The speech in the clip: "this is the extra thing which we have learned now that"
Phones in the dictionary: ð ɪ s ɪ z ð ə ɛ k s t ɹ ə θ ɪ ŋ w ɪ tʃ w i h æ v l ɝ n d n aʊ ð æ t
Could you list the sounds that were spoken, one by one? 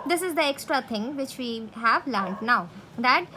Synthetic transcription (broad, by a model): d ɪ s ɪ z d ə ɛ k s t ɹ ə t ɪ ŋ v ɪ tʃ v i h æ v l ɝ n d n aʊ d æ t